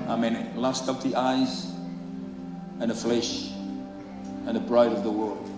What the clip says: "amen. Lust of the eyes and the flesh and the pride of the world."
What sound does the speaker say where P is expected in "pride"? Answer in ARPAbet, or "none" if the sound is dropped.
B